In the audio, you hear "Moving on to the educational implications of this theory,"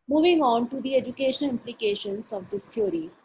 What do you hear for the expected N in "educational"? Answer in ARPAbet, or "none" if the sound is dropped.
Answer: none